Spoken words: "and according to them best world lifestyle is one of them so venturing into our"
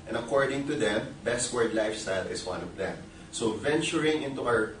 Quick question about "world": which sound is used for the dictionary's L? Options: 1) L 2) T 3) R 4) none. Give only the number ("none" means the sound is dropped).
4